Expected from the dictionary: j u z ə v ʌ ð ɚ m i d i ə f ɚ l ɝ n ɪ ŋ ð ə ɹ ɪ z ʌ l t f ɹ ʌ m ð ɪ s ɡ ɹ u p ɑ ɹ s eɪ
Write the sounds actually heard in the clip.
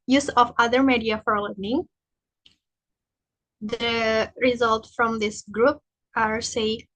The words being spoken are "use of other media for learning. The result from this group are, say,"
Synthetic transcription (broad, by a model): j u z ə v ʌ ð ɚ m i d i ə f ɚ l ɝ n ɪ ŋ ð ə ɹ ɪ z ʌ l t f ɹ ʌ m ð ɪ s ɡ ɹ u p ɑ ɹ s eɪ